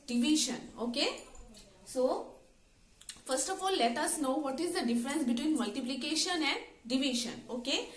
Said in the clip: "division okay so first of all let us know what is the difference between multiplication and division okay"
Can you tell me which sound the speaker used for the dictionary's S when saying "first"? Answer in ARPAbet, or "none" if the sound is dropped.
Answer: S